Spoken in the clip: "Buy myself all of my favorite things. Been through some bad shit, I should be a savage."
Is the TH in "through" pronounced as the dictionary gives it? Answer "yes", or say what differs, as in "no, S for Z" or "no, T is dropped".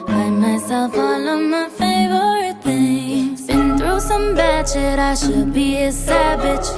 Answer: yes